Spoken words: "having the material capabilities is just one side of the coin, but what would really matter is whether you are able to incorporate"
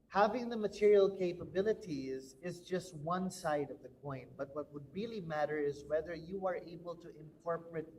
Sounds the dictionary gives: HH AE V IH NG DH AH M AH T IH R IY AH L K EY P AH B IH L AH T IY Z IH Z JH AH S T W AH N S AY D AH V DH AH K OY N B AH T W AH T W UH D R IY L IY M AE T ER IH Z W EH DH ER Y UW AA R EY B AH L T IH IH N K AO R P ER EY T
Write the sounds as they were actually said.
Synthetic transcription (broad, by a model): HH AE V IH NG DH AH M AH T IH R IY AH L K EY P AH B IH L AH T IY Z IH Z JH AH S T W AH N S AY D AH V DH AH K OY N B AH T W AH T W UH D R IY L IY M AE T ER IH Z W EH DH ER Y UW AA R EY B AH L T IH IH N K AO R P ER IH T